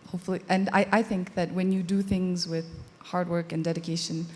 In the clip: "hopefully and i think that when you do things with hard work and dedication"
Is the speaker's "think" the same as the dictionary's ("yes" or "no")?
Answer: yes